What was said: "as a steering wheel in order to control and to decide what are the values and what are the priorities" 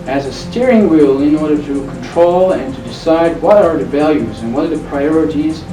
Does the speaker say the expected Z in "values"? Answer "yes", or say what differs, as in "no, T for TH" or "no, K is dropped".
yes